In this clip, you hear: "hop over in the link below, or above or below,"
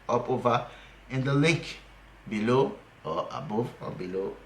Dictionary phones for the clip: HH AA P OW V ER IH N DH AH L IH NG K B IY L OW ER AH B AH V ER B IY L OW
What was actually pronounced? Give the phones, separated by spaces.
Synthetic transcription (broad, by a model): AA P OW V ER IH N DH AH L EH K B IY L OW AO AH B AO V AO B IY L OW